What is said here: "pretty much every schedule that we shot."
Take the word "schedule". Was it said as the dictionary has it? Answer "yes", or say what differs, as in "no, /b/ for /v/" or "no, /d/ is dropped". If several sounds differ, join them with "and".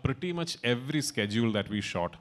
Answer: yes